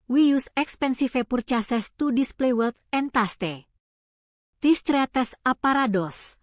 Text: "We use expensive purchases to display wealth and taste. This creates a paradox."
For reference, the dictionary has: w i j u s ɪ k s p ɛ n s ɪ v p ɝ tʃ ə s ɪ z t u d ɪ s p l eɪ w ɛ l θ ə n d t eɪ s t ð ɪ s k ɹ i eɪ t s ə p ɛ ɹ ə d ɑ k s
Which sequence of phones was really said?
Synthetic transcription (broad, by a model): w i j u s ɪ k s p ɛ n s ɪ f p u tʃ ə s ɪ s t u d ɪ s p l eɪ w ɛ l t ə n t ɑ s t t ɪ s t ɹ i t s ə p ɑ ɹ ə d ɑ s